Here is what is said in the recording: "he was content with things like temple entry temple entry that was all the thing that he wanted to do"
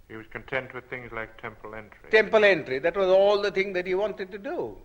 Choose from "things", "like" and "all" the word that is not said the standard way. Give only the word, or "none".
none